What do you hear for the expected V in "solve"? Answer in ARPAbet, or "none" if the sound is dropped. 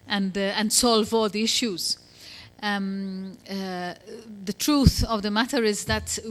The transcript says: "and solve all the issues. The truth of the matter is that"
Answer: V